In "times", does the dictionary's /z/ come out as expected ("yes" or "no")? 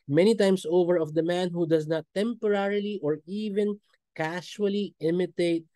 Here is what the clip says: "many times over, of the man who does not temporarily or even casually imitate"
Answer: no